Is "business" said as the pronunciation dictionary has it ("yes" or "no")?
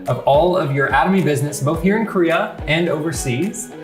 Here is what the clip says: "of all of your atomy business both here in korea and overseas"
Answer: yes